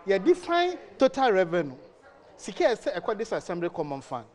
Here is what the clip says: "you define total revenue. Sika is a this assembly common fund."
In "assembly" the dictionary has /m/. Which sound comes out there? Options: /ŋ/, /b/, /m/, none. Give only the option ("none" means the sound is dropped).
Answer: /m/